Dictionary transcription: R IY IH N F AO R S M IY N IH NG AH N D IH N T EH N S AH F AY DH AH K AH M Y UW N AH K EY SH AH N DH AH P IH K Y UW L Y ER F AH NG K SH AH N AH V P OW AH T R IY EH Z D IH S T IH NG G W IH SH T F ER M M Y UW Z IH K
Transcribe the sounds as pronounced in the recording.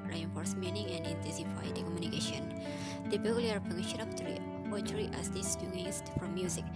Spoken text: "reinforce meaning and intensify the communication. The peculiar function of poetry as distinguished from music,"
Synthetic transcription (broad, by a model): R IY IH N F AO R S M IY N IH NG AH N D IH N T EH N S AH F AY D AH K AH M Y UW N AH K EY SH AH N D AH B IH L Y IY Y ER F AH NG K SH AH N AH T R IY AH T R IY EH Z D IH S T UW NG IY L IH S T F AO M M Y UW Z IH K